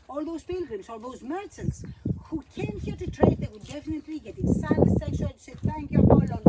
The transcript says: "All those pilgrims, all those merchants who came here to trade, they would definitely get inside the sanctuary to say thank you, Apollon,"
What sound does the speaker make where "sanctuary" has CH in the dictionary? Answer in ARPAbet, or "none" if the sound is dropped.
SH